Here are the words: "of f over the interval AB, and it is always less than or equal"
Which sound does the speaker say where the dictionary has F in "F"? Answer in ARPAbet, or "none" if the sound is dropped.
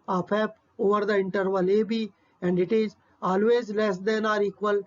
P